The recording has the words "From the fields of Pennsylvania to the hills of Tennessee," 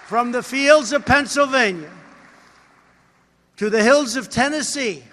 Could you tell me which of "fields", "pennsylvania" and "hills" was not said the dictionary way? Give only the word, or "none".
none